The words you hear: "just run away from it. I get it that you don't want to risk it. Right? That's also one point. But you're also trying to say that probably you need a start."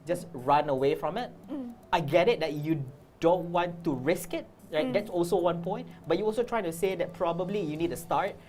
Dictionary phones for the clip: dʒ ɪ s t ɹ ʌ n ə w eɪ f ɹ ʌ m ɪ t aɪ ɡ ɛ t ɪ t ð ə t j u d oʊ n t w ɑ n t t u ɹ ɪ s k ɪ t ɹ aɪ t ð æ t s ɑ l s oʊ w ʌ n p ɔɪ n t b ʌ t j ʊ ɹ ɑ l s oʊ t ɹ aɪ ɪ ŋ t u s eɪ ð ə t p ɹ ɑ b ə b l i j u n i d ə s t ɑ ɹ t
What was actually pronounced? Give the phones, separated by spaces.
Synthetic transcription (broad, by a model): dʒ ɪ s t ɹ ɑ n ə w eɪ f ɹ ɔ m ɪ t aɪ ɡ ɛ t ɪ t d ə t j u d oʊ n t w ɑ n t t u ɹ ɪ s k ɪ t ɹ aɪ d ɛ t s ɑ l s oʊ w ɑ n p ɔɪ n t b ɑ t j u ɑ l s oʊ t ɹ aɪ ɪ ŋ t u s eɪ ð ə t p ɹ ɑ b ə b l i j u n i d ə s t ɑ ɹ t